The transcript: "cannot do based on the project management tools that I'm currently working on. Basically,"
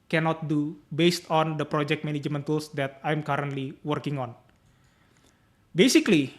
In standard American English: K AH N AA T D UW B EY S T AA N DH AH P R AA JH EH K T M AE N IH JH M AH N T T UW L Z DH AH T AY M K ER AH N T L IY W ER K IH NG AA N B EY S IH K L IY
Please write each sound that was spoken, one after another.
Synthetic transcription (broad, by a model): K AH N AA T D UW B EY S T AA N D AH P R AA JH EH K T M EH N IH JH M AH N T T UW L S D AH T AY M K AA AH N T L IY W ER K IH NG AA N B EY S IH K L IY